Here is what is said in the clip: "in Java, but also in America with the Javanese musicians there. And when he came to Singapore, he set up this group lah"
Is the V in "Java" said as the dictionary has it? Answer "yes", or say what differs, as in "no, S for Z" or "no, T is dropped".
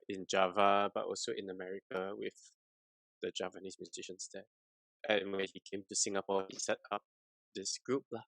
yes